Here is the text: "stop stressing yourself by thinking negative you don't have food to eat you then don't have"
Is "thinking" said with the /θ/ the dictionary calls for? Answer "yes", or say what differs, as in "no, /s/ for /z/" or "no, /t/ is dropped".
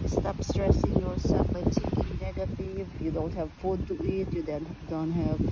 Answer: no, /t/ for /θ/